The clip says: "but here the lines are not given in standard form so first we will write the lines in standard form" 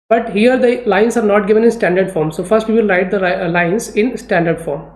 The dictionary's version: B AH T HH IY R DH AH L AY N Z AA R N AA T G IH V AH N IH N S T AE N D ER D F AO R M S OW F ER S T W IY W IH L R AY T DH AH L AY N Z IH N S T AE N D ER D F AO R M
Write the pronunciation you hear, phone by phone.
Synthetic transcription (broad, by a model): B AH T HH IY R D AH L AY N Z AA R N AA T G IH V AH N IH N S T AE N D ER D F AO R M S OW F ER S T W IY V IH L R AY T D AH L AY N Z IH N S T AE N D ER D F AO R M